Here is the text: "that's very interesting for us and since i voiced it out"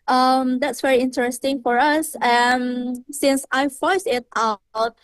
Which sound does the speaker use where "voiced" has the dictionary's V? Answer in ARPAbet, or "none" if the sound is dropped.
F